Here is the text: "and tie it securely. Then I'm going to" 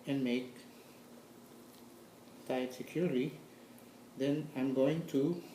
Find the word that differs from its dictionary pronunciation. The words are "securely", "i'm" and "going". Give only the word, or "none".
securely